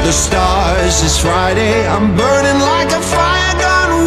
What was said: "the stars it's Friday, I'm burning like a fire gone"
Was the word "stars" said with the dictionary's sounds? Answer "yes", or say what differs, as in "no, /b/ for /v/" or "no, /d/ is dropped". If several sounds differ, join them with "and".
yes